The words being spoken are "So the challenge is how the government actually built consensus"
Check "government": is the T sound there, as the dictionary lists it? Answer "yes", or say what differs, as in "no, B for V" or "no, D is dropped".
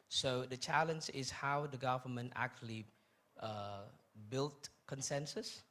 yes